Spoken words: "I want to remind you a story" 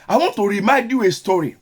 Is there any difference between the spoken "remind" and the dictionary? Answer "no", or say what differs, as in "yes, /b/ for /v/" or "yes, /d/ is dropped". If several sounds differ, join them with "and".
yes, /n/ is dropped